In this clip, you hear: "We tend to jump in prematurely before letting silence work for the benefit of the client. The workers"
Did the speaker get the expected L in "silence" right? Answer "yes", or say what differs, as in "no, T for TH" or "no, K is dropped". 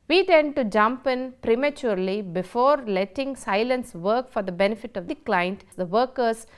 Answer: yes